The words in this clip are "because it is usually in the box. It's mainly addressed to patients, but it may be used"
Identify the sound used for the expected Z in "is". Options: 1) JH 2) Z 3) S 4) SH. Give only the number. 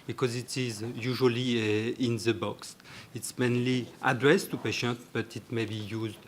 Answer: 2